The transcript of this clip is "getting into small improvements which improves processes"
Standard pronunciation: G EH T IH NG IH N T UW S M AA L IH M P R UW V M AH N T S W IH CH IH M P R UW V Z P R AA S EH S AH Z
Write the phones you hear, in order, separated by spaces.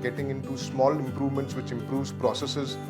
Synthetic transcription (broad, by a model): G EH T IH NG IH N T UW S M AA L IH M P R UW V M AH N T S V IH CH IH M P R UW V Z P R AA S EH S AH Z